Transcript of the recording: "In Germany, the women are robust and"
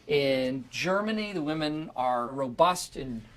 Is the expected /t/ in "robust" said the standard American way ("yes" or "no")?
yes